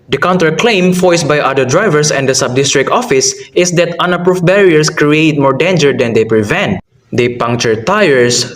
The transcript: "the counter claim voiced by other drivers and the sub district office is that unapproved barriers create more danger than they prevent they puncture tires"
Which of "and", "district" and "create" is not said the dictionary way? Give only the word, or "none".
none